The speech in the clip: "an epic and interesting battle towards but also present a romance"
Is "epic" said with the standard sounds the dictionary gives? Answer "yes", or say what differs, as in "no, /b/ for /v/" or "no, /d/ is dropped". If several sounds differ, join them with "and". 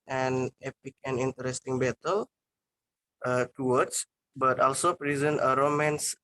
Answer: yes